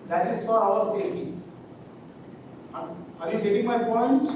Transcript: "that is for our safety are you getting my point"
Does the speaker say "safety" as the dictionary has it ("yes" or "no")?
no